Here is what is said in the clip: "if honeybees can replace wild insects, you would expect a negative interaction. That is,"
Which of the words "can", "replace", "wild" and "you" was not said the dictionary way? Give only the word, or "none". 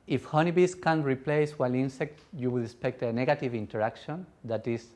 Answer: wild